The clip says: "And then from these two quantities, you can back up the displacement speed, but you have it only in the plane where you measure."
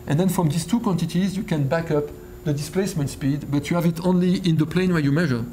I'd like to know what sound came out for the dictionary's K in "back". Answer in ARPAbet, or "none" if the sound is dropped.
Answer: K